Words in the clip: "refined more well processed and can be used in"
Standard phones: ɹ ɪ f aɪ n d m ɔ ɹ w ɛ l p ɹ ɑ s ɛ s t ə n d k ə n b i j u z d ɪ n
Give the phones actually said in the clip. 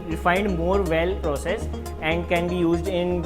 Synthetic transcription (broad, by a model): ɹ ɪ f aɪ n d m ɔ ɹ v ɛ l p ɹ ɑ s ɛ s ə n d k ə n b i j u z d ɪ n